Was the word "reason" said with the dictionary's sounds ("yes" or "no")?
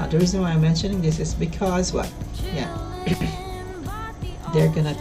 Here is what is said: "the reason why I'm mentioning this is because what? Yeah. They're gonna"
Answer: yes